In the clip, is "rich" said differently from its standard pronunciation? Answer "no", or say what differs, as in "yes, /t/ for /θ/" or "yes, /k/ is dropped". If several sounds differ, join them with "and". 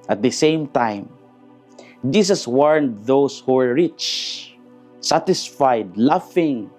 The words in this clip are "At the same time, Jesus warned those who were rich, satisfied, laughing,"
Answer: no